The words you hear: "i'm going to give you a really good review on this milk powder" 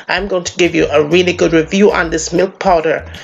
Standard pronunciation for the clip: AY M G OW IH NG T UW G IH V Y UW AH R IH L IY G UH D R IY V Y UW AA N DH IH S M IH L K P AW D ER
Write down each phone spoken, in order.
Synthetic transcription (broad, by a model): AY M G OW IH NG T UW G IH V Y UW AH R IH L IY G UH D R IY V Y UW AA N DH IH S M IH L K P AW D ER